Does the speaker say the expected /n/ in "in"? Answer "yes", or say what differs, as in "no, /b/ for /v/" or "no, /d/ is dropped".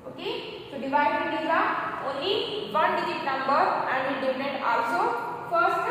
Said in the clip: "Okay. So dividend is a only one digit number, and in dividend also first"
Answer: no, /l/ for /n/